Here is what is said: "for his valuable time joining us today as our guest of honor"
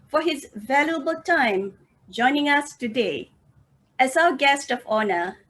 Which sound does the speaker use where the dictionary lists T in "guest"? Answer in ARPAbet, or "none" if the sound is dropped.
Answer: T